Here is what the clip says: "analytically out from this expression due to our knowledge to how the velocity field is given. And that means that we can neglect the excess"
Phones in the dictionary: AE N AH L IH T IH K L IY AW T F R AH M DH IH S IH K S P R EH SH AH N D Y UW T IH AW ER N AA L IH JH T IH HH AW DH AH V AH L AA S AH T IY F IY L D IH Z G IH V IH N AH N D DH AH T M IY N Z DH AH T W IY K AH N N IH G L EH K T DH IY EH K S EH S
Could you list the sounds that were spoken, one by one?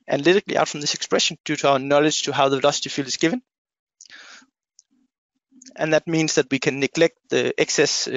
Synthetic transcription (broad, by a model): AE N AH L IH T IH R L IY AW T F R AH M DH IH S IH K S P R EH SH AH N D Y UW T IH AW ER N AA L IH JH T IH HH AW DH AH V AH L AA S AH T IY F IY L IH Z G IH V IH N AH N DH AH T M IY N Z DH AH T W IY K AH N N IH G L EH K T DH IY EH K S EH S